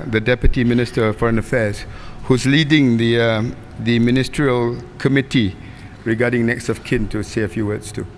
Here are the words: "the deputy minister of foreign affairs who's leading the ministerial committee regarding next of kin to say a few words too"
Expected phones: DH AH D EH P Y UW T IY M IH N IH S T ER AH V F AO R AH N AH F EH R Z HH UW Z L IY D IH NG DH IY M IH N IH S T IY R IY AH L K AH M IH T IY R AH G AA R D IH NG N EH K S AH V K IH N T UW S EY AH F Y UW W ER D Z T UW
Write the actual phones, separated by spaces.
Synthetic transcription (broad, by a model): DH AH D EH P Y UW T IY M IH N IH S T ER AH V F AO R AH N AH F EH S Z HH UW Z L IY D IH NG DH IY M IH N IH S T R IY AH L K AH M IH T IY R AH G AA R D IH NG N EH K S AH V K IH N T UW S EY AH F Y UW W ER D S T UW